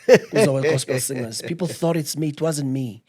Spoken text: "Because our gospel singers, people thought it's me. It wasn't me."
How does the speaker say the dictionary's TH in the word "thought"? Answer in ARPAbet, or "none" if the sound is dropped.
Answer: TH